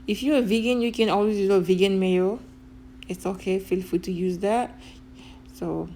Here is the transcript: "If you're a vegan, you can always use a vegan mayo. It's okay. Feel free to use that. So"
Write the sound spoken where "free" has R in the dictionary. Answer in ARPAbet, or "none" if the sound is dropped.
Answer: none